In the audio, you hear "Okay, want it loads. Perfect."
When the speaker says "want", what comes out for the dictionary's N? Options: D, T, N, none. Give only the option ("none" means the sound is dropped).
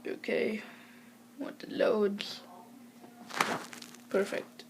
none